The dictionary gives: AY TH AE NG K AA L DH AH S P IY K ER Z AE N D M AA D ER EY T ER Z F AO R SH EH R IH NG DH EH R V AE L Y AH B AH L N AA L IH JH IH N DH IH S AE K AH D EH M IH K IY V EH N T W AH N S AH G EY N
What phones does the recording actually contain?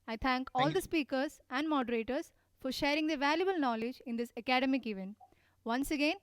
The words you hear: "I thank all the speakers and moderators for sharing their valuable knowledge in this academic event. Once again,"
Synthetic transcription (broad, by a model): AY T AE NG K AA L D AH S P IY K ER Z AE N D M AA D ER EY T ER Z F AO R SH EH R IH NG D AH V AE L Y AH B AH L N AA L IH JH IH N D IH S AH K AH D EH M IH K IY V EH N T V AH N S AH G EY N